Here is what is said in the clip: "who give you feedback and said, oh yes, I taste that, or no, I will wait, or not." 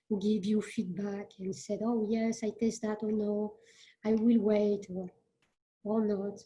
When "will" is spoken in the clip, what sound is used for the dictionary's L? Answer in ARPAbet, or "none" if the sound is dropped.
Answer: L